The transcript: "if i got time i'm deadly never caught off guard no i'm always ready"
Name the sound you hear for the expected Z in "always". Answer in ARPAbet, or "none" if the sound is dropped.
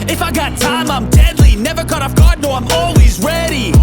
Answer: Z